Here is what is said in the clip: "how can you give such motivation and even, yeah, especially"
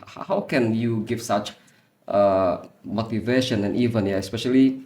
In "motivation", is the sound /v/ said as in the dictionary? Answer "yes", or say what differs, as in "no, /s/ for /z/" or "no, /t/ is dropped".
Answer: yes